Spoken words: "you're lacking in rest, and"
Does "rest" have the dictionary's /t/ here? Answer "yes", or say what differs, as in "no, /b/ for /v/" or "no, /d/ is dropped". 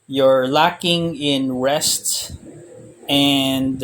yes